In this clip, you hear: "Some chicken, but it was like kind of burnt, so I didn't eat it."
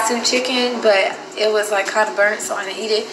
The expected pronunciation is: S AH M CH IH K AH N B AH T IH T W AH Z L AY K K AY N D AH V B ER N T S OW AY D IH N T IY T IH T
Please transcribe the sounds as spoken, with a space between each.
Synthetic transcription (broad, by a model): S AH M CH IH K AH N B AH T IH T W AH Z L AY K K AY N D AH B ER N T S OW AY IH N IY T IH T